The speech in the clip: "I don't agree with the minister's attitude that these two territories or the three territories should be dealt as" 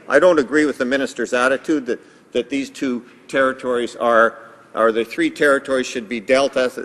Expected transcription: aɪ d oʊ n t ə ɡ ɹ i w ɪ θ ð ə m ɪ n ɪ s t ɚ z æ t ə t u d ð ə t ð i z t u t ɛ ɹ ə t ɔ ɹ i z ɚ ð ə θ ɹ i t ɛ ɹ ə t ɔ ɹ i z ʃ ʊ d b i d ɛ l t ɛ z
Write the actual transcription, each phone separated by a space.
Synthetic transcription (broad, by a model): aɪ d oʊ n t ə ɡ ɹ i w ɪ ð ə m ɪ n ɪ s t ɚ z æ t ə t u d ð ə t ð i z t u t ɛ ɹ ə t ɔ ɹ i z ɚ ð ə θ ɹ i t ɛ ɹ ə t ɔ ɹ i z ʃ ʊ d b i d ɛ l t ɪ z